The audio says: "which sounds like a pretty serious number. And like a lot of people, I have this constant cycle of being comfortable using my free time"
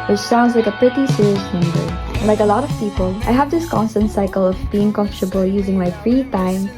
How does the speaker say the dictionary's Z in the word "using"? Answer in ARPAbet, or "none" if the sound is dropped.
Z